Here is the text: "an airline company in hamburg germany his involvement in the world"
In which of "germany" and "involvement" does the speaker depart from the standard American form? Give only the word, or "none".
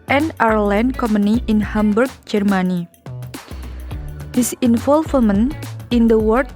involvement